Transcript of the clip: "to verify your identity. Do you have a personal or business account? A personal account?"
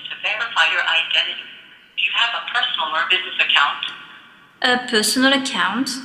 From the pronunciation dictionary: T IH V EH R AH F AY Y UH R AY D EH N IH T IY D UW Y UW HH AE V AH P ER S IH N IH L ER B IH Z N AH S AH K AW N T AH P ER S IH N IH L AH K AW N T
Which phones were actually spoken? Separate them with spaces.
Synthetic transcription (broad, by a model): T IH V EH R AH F AY Y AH R AY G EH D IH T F Y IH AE V AH P ER S N L ER B IH Z N AH S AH K AW N T AH P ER S N L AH K AW N T